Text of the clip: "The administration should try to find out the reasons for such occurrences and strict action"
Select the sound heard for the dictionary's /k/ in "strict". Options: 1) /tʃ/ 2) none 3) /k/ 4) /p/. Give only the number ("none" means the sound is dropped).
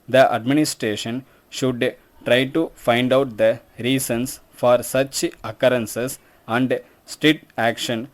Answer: 2